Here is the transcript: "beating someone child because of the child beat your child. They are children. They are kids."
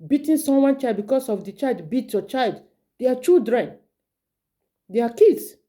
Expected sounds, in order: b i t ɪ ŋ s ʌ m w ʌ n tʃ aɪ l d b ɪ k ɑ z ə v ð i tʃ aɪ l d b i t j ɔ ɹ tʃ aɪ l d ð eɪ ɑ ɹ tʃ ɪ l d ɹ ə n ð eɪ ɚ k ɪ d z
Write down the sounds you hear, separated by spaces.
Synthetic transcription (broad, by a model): b i t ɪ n s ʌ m w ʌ n tʃ aɪ l d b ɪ k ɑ s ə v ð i tʃ aɪ l d b i t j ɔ tʃ aɪ l d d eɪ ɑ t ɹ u d ɹ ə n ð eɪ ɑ k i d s